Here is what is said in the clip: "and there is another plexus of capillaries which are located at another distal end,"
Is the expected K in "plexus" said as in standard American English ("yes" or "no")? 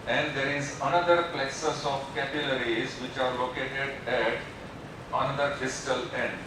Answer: no